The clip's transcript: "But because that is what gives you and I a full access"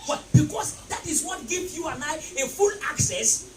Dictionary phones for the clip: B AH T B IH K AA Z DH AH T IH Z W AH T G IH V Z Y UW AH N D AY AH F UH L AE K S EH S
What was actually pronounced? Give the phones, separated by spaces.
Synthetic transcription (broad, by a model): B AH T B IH K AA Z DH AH T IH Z W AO T G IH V Y UW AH N AY AH F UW L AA K S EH S